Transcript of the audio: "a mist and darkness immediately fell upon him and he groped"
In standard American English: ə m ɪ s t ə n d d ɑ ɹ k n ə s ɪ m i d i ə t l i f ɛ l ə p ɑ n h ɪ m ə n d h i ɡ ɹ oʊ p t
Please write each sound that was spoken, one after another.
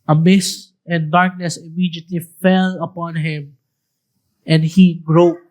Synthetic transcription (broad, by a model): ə m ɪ s ə n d d ɑ ɹ k n ə s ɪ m i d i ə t l i f ɛ l ə p ɑ n h ɪ m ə n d h i ɡ ɹ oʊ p